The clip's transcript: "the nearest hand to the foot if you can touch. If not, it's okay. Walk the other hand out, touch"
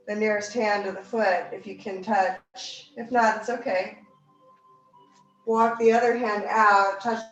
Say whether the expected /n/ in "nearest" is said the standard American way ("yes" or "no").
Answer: yes